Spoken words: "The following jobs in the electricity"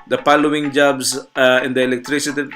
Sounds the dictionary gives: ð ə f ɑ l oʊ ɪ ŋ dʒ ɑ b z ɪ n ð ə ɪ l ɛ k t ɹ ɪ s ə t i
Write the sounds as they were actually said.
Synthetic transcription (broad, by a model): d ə p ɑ l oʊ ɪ ŋ dʒ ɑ b s ɪ n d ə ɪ l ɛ k t ɹ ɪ s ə t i